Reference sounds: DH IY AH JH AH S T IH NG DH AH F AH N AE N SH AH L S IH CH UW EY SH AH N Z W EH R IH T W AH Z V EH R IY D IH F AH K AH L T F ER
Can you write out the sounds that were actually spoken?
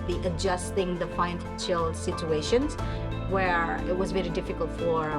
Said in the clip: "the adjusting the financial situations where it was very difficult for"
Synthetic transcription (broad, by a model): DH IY AH JH AH S T IH NG DH AH P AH IH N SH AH L S IH CH UW EY SH AH N Z W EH R IH T W AH Z V EH R IY D IH F AH K AH L T F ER